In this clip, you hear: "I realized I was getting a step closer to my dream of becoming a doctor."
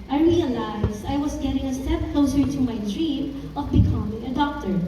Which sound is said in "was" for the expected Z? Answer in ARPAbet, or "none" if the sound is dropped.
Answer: S